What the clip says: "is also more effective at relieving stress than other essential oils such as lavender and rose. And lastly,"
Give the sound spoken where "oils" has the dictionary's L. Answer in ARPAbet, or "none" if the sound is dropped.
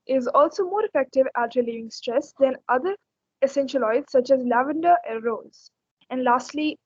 none